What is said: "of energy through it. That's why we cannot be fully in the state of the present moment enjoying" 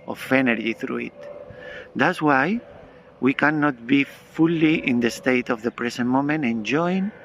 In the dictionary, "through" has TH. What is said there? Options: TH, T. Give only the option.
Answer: TH